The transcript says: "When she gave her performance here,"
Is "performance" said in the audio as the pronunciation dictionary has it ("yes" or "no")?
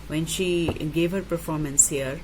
yes